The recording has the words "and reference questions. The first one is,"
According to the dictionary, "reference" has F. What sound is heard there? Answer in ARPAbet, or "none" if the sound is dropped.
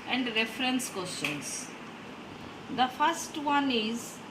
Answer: F